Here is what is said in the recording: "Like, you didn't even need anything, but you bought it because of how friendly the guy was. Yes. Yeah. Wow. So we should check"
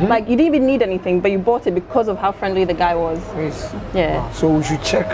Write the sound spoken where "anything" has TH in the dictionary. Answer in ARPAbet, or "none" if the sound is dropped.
TH